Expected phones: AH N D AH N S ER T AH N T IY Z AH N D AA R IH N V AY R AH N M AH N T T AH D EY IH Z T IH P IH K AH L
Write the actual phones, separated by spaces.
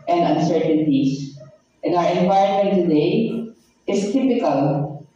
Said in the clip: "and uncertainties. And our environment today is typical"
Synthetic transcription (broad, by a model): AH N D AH N S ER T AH N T IY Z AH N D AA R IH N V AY AH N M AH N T T AH D EY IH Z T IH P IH K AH L